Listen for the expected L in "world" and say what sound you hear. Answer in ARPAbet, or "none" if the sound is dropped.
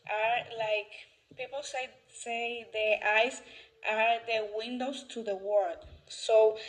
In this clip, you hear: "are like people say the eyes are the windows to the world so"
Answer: none